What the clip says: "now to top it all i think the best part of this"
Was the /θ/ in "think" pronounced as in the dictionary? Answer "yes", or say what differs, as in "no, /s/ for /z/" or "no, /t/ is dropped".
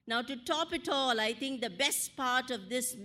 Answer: no, /t/ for /θ/